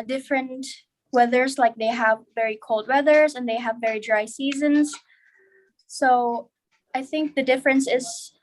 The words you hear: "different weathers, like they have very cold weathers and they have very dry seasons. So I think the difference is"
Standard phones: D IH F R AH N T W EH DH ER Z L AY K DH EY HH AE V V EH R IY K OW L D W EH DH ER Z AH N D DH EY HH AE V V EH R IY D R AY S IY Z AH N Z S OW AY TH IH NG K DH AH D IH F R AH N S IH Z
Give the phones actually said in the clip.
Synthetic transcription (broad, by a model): D IH F R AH N T W EH DH ER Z L AY K DH EY HH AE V V EH R IY K OW L D W EH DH ER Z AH N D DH EY HH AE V V EH R IY D R AY S IY Z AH N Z S OW AY TH IH NG K DH AH D IH F R AH N S IH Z